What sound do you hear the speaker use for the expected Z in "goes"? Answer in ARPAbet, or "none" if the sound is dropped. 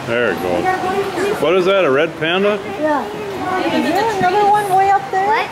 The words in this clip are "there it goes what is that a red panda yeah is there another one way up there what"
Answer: none